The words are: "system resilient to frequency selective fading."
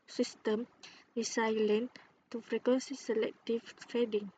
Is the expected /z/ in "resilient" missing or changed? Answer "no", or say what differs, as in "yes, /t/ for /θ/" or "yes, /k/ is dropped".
yes, /s/ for /z/